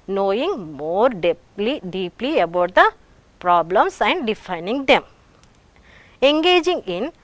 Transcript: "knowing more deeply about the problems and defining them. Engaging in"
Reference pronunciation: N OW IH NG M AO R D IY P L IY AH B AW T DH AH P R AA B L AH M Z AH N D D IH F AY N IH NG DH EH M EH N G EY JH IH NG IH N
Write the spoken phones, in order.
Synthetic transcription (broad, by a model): N OW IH NG M AO R D IY P L IY AH B AW T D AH P R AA B L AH M S AH N D D IH F AY N IH NG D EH M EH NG G EY JH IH NG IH N